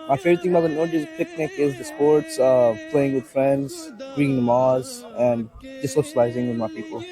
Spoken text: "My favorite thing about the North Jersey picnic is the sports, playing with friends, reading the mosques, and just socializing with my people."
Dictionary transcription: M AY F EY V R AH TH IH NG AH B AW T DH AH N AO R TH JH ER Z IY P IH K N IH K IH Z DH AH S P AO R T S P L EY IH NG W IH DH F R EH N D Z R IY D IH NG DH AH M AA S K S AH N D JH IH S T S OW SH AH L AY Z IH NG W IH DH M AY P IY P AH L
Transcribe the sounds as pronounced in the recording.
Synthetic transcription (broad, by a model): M AY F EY R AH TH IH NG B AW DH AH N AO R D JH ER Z P IH K N IH K IH Z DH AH S P AO R T S P L EY IH NG W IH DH F R EH N D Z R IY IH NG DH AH M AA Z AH N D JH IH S S OW SH AH L AY Z IH NG W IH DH M AY P IY P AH L